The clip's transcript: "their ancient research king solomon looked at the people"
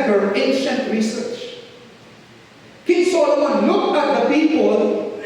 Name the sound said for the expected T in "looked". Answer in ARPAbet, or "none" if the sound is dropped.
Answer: none